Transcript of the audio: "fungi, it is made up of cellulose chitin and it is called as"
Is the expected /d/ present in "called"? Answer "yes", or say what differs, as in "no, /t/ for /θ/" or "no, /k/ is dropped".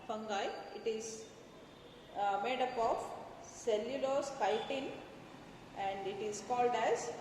yes